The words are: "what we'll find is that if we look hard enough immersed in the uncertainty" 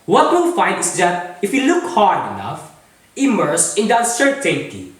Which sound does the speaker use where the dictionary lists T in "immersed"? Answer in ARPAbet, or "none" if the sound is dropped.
none